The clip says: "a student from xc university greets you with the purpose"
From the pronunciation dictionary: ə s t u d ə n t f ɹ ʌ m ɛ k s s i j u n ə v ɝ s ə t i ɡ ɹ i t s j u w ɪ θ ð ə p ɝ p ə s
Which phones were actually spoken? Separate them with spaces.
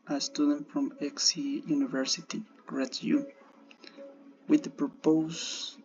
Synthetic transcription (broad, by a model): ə s t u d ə n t f ɹ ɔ m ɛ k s s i j u n ə v ɝ s ə t i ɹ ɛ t j u w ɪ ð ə p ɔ p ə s